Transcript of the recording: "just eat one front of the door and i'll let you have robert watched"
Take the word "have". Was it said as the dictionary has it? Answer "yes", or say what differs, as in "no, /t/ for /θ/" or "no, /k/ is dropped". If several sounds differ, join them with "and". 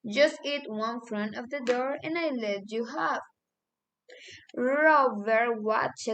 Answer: no, /f/ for /v/